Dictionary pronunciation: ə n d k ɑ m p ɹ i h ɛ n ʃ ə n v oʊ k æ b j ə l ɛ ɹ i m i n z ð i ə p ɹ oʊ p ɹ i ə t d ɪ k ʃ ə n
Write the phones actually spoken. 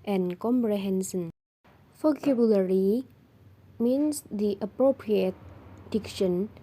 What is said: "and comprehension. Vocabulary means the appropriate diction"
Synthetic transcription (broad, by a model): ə n k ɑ m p ɹ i h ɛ n s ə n f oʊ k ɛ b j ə l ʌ ɹ i m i n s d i ə p ɹ oʊ p ɹ i ə t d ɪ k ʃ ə n